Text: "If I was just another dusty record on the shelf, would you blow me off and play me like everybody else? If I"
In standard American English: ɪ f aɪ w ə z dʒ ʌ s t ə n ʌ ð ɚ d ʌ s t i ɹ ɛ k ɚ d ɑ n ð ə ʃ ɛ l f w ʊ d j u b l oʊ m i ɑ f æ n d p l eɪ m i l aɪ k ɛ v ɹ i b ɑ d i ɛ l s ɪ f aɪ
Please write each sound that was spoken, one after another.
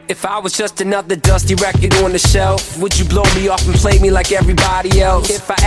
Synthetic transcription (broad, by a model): ɪ f aɪ w ə z dʒ ʌ s t ə n ʌ ð ɚ d ʌ s t i ɹ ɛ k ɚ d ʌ n ð ə ʃ ɛ l f w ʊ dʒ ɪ b l oʊ m i ɑ f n p l eɪ m i l aɪ k ɛ v ɹ i b ɑ d i ɛ l s ɪ f aɪ